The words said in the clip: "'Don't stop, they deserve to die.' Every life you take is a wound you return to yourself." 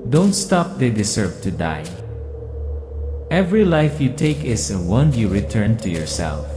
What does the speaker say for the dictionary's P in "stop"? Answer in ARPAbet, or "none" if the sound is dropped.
P